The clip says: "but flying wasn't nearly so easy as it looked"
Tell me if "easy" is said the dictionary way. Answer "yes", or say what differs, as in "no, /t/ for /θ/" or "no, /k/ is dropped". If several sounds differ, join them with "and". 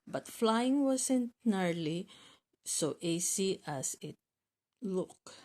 no, /s/ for /z/